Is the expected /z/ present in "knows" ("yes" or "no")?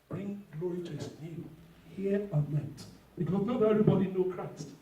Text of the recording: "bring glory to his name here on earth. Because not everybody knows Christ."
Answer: no